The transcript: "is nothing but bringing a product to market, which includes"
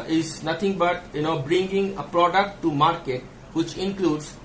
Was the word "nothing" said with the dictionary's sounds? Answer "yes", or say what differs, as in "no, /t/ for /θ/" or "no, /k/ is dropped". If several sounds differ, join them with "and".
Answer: no, /t/ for /θ/